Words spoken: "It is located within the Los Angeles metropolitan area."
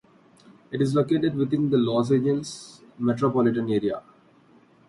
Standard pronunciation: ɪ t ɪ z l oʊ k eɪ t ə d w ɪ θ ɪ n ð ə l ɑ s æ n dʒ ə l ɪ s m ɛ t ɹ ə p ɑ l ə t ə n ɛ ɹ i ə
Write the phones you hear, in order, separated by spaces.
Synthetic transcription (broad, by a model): ɪ t ɪ z l oʊ k eɪ t ə d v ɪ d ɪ n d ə l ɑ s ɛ dʒ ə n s m ɛ t ɹ ə p ɑ l ə t ə n ɛ ɹ i ə